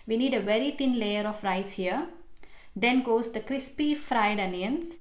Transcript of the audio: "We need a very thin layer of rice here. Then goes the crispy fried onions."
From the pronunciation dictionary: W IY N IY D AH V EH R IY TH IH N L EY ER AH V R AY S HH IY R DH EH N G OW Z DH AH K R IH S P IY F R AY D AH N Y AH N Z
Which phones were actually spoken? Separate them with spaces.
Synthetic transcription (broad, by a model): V IY N IY D AH V EH R IY T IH N L EY ER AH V R AY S HH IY R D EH N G OW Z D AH K R IH S P IY F R AY D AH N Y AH N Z